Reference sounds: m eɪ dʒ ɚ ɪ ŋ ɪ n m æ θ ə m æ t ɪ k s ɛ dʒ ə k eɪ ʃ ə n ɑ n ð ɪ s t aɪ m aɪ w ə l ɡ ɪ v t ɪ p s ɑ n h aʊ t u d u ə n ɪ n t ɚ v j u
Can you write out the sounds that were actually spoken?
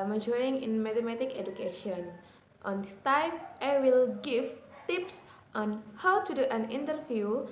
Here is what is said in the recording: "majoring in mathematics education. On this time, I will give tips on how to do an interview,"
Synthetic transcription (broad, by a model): m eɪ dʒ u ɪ ŋ ɪ n m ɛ t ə m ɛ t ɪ k ɛ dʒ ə k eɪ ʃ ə n ɑ n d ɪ s t aɪ m aɪ w ə l ɡ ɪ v t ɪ p s ɑ n h aʊ t u d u ə n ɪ n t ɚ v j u